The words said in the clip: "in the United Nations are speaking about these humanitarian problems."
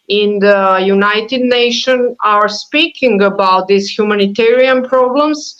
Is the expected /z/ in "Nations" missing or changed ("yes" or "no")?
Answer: yes